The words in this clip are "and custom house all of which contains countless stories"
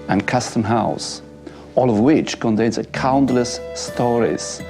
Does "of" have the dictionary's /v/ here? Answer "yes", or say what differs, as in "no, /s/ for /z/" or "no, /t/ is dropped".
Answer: yes